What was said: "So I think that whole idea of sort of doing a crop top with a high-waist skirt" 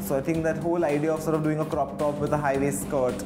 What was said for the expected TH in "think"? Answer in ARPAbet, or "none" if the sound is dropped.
T